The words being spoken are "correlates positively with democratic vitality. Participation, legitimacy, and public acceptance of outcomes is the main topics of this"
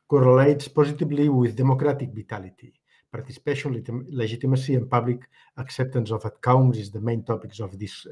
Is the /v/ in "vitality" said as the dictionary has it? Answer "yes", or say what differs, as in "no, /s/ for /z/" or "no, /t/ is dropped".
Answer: no, /b/ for /v/